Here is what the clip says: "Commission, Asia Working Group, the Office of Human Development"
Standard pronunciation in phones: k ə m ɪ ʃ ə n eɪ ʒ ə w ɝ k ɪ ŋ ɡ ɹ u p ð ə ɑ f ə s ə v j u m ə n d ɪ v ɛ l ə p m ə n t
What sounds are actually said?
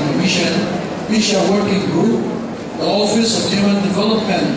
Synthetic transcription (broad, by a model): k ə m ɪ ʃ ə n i ʃ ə w ɝ k ɪ ŋ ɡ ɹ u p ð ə ɑ f ə s ə v j u m ə n d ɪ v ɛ l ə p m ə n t